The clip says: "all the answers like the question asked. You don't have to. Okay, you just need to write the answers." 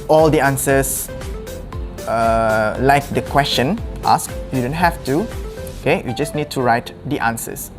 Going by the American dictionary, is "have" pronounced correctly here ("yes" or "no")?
no